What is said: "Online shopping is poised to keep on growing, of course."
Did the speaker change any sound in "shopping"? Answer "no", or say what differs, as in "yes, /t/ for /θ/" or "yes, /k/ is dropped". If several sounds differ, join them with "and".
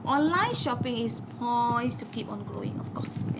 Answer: no